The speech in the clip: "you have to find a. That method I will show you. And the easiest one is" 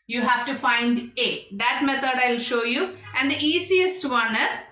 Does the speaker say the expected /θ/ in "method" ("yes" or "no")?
no